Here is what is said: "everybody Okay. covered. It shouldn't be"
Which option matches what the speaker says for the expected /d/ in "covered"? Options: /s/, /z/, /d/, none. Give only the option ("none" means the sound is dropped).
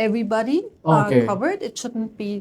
/d/